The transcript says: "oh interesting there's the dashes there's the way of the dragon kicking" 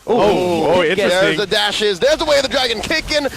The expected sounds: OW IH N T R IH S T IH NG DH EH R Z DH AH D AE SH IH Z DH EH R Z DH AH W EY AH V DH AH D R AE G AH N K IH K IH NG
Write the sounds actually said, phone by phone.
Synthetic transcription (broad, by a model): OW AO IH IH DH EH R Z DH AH D AE SH IH Z DH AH R Z DH AH W EY AH V DH AH D R AE G AH N K IH K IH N